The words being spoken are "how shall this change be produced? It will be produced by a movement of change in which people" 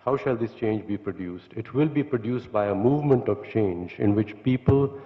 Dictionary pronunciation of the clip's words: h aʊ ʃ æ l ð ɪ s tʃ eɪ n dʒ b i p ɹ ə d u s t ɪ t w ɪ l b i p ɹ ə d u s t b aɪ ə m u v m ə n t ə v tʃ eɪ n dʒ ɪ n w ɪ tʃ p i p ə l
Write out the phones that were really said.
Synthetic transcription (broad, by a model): h aʊ ʃ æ l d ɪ s tʃ eɪ n dʒ b i p ɹ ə d u s t ɪ t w ɪ l b i p ɹ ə d u s t b aɪ ə m u v m ə n t ə v tʃ eɪ n dʒ ɪ n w ɪ tʃ p i p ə l